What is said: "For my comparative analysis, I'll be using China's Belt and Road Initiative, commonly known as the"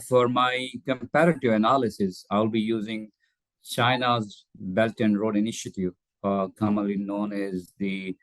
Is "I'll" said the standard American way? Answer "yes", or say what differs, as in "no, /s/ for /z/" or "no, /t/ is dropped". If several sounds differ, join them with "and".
yes